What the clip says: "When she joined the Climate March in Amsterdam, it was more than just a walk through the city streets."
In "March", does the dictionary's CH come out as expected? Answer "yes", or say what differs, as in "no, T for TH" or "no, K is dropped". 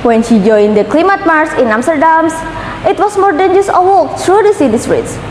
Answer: no, S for CH